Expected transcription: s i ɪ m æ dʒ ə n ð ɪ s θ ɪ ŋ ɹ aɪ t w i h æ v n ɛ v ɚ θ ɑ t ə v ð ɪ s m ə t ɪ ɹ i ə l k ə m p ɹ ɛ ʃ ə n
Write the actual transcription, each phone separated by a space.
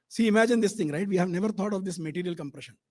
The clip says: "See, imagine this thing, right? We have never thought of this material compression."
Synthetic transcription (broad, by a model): s i ɪ m æ dʒ ə n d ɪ s t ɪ ŋ ɹ aɪ t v i h æ v n ɛ v ɚ t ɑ t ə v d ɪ s m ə t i ɹ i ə l k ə m p ɹ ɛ ʃ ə n